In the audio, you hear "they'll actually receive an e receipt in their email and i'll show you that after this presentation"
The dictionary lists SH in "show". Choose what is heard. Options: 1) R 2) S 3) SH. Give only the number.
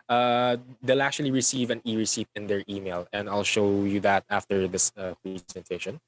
3